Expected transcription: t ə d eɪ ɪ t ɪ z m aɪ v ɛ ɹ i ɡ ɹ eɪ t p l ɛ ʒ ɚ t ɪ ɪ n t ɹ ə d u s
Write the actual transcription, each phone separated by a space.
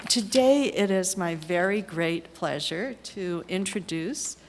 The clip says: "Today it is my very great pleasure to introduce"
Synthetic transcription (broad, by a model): t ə d eɪ ɪ t ɪ z m aɪ v ɛ ɹ i ɡ ɹ eɪ t p l ɛ ʒ ɚ t ɪ ɪ n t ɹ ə d u s